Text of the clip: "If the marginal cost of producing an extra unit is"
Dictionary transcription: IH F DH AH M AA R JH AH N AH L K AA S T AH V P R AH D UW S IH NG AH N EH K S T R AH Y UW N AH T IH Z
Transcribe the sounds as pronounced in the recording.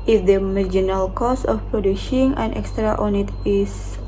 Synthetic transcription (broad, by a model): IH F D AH M AA R JH AH N AH L K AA S AH F P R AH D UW SH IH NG AH N EH K S T R AH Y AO N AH T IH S